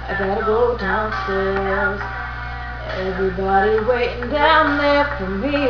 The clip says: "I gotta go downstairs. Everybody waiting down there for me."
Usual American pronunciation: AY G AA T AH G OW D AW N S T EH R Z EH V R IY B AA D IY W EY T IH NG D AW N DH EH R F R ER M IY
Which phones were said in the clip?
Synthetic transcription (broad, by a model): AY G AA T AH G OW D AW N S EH L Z EH V R IY B AA D IY W EY T IH NG D AW N DH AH R F R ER M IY